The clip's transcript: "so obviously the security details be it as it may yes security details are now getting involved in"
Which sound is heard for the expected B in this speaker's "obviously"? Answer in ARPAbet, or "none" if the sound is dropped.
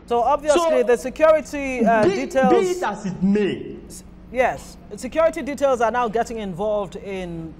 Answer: B